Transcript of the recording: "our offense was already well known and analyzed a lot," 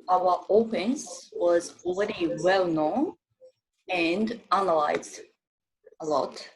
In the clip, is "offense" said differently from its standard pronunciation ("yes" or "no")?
yes